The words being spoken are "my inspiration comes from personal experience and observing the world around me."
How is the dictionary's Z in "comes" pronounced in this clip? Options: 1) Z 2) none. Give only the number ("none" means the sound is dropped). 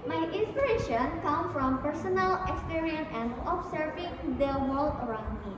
2